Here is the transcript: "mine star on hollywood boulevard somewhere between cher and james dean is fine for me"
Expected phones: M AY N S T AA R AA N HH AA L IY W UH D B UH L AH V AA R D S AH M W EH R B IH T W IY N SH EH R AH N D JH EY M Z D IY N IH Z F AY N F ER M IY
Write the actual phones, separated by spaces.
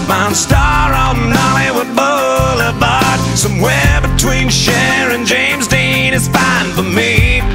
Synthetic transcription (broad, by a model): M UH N S T AA R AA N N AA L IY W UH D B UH L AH B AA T S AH M W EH B IH T W IY N SH EH R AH N JH EY M Z D IY N IH Z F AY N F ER M IY